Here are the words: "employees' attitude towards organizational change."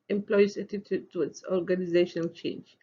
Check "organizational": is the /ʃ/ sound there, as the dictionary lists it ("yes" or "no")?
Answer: yes